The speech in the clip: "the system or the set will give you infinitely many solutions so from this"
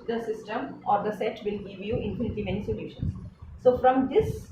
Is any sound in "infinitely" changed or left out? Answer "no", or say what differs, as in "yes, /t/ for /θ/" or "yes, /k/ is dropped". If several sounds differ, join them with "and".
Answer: yes, /l/ is dropped